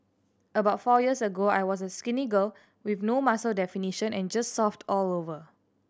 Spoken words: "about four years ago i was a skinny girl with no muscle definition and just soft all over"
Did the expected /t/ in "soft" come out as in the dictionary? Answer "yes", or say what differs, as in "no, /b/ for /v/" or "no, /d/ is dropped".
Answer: yes